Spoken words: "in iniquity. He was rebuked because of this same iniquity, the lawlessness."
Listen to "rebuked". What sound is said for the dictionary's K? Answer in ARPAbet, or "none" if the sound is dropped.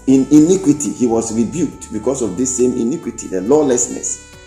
K